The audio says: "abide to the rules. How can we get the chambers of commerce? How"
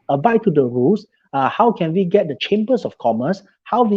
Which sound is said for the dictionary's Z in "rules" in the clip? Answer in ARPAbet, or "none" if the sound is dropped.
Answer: S